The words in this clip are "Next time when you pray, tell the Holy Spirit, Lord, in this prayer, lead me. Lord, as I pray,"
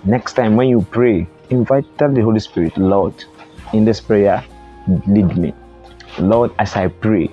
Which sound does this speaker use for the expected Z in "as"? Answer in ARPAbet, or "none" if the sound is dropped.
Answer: S